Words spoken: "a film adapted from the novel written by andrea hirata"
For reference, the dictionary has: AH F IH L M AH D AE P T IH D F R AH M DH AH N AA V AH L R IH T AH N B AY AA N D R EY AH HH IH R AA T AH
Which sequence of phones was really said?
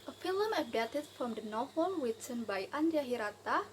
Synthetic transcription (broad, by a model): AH F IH L M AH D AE T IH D F R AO M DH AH N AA AH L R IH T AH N B AY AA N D IY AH HH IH R AA T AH